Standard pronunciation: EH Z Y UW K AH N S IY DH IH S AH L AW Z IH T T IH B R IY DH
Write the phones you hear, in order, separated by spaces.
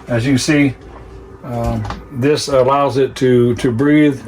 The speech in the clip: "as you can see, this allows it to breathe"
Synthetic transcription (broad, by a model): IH Z Y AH S IY DH IH S AH L AW Z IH T T IH B R IY DH